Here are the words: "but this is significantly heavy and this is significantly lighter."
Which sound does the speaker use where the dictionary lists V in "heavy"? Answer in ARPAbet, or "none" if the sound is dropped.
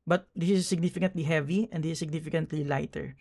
V